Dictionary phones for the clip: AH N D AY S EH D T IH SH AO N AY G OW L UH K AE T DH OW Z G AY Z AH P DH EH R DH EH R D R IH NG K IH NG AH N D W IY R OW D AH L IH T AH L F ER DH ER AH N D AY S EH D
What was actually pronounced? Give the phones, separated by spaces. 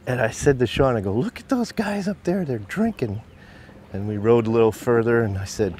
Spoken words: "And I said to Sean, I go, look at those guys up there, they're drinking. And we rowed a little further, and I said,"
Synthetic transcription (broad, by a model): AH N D AY S EH D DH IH SH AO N AY G OW L UH K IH T DH OW Z G AY Z AH P DH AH R DH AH R D R IH NG K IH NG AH N W IY R OW D AH L IH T L F ER DH ER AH N AY S EH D